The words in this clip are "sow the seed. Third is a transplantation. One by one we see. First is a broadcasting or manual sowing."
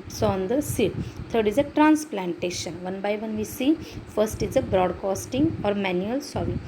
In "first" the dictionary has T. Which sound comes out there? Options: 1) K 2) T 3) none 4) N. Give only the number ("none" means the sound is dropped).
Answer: 2